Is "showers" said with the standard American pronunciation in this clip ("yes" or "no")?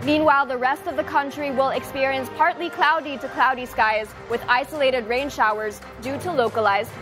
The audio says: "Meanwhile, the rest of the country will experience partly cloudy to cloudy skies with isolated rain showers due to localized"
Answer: yes